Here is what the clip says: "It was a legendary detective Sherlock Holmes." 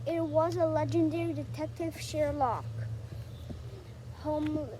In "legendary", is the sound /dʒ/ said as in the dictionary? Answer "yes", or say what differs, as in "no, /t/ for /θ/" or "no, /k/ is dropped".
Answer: yes